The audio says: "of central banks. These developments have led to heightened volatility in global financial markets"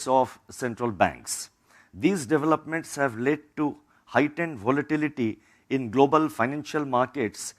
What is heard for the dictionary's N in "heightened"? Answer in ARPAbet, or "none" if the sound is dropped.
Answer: N